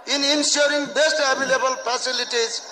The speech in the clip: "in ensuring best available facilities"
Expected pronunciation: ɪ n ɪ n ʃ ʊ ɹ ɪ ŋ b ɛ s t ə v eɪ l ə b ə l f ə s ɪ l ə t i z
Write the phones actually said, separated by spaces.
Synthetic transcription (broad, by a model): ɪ n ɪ n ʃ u ɹ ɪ ŋ b ɛ s t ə b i l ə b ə l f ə s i l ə t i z